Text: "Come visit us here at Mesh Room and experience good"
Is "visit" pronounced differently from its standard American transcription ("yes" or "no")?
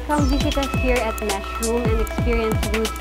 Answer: yes